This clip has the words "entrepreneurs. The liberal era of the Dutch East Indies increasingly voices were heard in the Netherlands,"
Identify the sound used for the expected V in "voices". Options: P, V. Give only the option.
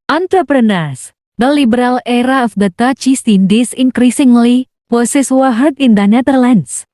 P